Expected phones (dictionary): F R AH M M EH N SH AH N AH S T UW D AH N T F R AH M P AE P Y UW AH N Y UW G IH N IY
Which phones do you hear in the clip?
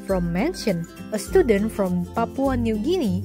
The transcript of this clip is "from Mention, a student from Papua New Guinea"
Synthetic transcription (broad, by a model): F R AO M M EH N SH AH N AH S T UW D AH N T F R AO M P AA P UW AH N Y UW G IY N IY